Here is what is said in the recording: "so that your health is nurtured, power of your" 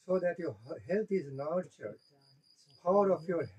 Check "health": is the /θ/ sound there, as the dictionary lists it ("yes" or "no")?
no